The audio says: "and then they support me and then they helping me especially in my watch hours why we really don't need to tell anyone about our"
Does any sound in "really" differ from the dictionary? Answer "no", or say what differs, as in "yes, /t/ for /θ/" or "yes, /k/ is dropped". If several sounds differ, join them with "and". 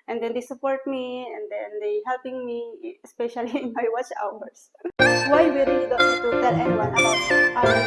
yes, /l/ is dropped